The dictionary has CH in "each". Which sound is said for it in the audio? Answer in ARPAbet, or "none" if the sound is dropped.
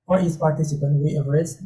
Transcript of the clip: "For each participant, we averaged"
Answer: S